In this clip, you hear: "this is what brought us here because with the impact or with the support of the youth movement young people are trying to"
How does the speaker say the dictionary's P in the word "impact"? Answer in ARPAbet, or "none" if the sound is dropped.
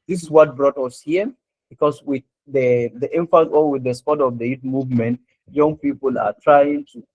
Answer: F